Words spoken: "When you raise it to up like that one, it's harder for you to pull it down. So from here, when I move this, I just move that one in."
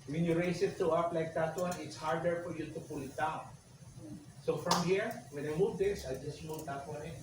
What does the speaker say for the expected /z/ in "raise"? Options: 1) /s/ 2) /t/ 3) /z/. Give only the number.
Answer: 1